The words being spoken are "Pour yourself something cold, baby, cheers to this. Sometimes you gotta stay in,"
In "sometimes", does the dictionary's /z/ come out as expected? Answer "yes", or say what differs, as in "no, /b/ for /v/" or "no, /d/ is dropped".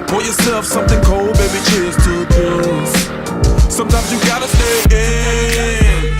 yes